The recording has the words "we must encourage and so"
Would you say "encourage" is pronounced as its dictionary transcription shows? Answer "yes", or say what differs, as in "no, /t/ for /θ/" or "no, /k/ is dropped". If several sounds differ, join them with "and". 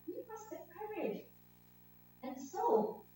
no, /n/ is dropped